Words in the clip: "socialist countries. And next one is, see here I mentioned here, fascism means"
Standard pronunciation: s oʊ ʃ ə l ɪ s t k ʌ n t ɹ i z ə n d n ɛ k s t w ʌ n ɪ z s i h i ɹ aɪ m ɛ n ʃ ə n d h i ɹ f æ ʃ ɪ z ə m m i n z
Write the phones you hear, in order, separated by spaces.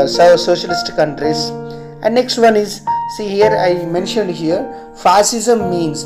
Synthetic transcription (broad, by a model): s oʊ ʃ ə l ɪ s t k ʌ n t ɹ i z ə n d n ɛ k s t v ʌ n ɪ z s i h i ɹ aɪ m ɛ n ʃ ə n d h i ɹ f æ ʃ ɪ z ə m m i n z